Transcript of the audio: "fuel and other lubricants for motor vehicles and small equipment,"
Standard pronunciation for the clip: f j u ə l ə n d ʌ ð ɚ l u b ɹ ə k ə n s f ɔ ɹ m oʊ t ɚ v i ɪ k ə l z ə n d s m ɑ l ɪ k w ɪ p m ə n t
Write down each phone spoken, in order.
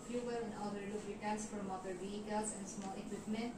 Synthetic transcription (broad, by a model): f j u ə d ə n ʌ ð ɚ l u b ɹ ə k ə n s f ɔ ɹ m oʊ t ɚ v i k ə z ə n d s m ɑ l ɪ k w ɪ p m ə n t